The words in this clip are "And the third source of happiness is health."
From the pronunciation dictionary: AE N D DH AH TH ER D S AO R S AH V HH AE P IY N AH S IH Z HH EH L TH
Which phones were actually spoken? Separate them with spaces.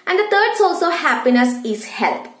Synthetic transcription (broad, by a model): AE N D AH T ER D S AO L S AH HH AE P IY N AH S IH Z HH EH L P